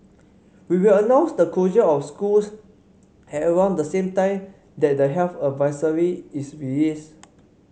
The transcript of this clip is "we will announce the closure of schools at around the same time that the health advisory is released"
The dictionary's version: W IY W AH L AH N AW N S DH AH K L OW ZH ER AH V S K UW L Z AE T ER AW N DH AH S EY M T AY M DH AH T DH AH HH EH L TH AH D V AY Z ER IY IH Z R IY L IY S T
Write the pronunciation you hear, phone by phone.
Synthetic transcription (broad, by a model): W IY W AH L AH N AW N S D AH K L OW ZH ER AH F S K UW L S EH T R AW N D AH S EY M T AY M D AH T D AH HH EH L F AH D V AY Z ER IY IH S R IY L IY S